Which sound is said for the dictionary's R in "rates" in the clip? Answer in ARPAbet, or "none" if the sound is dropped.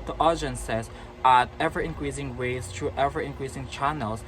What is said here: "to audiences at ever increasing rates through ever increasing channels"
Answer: W